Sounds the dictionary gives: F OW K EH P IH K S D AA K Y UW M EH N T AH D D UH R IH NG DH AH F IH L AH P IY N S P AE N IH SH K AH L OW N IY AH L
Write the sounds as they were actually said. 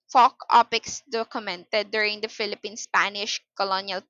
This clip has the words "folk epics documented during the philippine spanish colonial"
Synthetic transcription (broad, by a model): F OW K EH P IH K S D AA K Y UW M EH N T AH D D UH R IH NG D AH F IH L AH P IY N S P AE N IH SH K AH L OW N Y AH L